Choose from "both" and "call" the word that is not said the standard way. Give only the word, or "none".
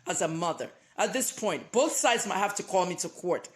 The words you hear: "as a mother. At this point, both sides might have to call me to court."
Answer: none